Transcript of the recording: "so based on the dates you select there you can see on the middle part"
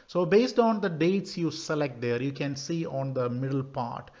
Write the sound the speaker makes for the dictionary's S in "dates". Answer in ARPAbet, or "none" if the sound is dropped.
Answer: S